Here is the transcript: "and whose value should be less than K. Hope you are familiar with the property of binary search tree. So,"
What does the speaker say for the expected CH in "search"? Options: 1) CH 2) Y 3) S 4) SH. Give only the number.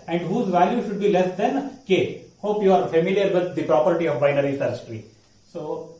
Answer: 3